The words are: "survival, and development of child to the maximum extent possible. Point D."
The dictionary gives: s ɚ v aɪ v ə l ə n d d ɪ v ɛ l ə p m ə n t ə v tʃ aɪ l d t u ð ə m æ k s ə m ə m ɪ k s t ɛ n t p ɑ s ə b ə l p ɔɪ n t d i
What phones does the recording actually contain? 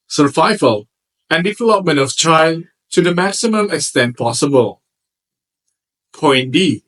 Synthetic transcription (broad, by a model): s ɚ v aɪ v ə l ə n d d ɪ v ɛ l ə p m ə n t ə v tʃ aɪ l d t u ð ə m æ k s ə m ə m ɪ k s t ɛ n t p ɑ s ə b ə l p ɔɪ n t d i